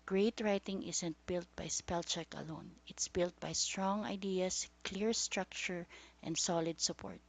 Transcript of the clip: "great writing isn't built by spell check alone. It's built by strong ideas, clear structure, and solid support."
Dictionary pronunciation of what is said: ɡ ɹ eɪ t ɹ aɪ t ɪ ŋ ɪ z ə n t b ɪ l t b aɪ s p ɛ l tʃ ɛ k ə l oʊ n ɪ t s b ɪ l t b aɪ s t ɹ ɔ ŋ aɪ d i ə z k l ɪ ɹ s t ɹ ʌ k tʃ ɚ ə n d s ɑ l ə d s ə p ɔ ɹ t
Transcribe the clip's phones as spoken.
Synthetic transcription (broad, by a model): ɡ ɹ eɪ t ɹ aɪ t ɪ ŋ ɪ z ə n t b ɪ l t b aɪ s p ɛ l tʃ ɛ k ə l oʊ n ɪ t s b ɪ l t b aɪ s t ɹ ɔ ŋ aɪ d i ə s k l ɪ ɹ s t ɹ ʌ k tʃ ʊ ə n d s ɑ l ə d s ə p ɔ ɹ t